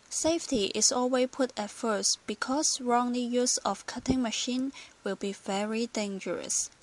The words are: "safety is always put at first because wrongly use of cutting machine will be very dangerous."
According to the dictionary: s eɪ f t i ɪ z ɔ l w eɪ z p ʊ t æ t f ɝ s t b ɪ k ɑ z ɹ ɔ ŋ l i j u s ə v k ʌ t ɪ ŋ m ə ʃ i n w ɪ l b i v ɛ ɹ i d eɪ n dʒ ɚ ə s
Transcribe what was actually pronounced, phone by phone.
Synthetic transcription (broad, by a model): s eɪ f t i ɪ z ɔ l w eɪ p ʊ t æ t f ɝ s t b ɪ k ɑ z ɹ ɔ ŋ l i j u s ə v k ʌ t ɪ ŋ m ə ʃ i n w ɪ l b i v ɛ ɹ i d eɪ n dʒ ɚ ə s